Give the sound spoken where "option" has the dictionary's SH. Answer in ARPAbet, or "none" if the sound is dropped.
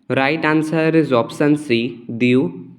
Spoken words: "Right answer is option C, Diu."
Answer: S